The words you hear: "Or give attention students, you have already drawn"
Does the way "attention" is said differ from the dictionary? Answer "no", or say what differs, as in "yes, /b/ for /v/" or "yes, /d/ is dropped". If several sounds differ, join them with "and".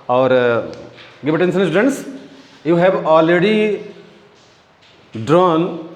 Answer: yes, /s/ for /ʃ/